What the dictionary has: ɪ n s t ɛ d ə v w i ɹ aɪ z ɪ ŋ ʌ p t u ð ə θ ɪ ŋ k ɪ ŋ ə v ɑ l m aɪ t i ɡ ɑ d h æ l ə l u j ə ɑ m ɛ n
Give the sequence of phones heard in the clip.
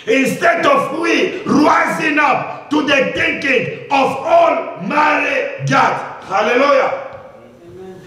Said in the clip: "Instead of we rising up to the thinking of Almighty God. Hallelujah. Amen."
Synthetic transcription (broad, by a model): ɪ n s t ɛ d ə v w i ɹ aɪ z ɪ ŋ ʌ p t u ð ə t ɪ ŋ k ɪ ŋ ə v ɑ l m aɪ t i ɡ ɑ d h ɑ l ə l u j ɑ